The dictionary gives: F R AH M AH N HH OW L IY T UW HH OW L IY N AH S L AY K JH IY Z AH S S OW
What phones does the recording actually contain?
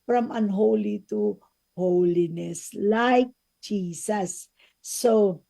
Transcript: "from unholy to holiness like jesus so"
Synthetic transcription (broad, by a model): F R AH M AH N HH OW L IY T UW HH OW L IY N AH S L AY K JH IY S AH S S OW